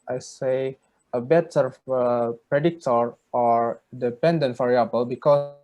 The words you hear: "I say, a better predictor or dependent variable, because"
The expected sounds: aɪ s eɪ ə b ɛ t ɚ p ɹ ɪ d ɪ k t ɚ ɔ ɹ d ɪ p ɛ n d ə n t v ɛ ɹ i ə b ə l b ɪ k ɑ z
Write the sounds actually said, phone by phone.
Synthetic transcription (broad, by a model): aɪ s eɪ ə b ɛ t ɚ p ɹ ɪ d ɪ k t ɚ ɔ ɹ d ɪ p ɛ n d ə n t f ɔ ɹ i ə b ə l b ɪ k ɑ